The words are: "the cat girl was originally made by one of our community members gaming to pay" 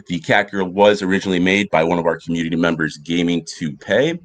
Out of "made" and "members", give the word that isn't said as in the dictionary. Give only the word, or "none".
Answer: none